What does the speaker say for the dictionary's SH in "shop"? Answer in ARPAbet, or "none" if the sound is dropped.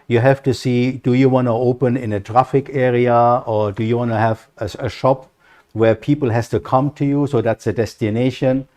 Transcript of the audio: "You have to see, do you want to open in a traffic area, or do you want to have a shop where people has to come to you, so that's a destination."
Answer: SH